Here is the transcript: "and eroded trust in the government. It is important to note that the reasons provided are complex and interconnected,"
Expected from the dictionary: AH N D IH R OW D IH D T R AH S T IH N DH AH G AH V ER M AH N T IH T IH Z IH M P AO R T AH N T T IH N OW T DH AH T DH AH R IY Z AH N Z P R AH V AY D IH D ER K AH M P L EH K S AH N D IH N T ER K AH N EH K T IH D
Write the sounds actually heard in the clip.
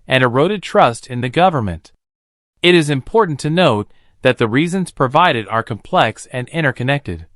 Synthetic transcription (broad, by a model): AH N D IH R OW D IH D T R AH S T IH N DH AH G AH V ER M AH N T IH T IH Z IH M P AO R T N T T IH N OW T DH AH T DH AH R IY Z AH N Z P R AH V AY D IH D ER K AH M P L EH K S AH N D IH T ER K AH N EH K T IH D